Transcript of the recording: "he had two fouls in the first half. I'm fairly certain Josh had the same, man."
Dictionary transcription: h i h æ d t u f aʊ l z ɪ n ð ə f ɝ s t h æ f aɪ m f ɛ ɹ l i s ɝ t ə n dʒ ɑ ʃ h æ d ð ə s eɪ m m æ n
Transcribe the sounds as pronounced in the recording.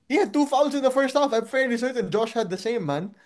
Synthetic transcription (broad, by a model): h i h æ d t u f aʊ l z ɪ n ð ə f ɝ s t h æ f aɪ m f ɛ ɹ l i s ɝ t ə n dʒ ɑ ʃ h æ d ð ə s eɪ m m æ n